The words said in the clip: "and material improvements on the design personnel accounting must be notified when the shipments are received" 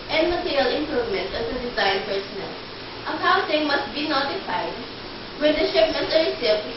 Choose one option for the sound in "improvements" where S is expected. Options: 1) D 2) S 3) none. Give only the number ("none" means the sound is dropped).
3